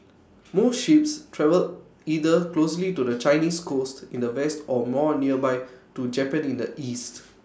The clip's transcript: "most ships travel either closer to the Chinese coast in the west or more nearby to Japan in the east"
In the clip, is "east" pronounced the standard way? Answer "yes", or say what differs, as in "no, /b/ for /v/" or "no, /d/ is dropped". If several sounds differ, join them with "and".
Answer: yes